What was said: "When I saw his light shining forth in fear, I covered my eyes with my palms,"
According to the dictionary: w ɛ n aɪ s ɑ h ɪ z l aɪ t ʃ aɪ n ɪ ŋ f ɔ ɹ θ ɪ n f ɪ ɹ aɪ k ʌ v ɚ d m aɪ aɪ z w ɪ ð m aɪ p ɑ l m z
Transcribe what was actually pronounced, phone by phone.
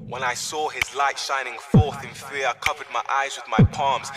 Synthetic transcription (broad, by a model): w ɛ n aɪ s ɑ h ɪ z l aɪ t ʃ aɪ n ɪ ŋ f ɔ ɹ θ ɪ n f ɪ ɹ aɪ k ʌ v ɚ d m aɪ aɪ z w ɪ ð m aɪ p ɑ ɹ m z